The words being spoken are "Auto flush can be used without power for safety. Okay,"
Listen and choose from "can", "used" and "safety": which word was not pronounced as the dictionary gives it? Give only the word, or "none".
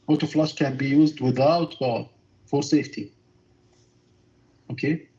none